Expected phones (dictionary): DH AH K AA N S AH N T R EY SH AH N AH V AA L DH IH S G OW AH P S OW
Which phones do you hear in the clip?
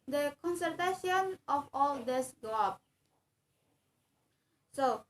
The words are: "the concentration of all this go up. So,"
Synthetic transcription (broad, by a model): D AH K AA N S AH T EY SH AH N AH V AA L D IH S G OW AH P S OW